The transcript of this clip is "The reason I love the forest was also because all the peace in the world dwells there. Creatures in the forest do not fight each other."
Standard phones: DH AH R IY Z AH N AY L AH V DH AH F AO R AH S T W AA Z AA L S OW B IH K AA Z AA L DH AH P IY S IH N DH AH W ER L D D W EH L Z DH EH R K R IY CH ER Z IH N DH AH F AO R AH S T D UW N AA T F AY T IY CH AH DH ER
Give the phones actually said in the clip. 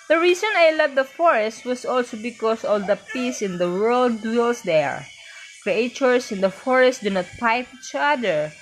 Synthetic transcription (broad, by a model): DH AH R IY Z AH N AY L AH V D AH F AO R AH S T W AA S AA L S OW B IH K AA S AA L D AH P IY S IH N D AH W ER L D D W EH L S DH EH R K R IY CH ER S IH N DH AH F AO R AH S T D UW N AA T P AY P IY CH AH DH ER